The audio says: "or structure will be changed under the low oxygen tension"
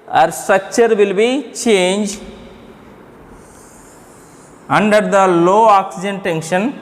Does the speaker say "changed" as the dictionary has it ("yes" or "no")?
no